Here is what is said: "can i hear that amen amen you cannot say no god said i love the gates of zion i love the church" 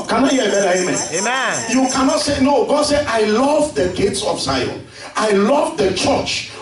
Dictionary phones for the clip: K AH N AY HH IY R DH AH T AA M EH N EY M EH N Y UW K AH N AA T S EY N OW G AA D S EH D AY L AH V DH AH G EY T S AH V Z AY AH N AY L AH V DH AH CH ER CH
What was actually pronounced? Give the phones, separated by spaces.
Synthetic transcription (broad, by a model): K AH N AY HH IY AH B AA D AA EY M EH Y UW K AH N AA T S EY N OW G AA D S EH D AY L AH V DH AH G EY T S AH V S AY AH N AY L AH V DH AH CH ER CH